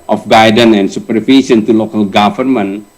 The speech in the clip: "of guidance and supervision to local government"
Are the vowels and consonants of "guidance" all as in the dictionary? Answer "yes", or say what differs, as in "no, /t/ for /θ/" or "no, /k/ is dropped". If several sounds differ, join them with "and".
no, /s/ is dropped